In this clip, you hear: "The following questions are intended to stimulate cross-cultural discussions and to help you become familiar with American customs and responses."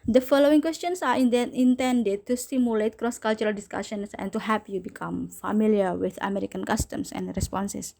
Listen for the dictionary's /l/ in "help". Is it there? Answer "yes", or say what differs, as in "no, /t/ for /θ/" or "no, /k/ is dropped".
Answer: no, /l/ is dropped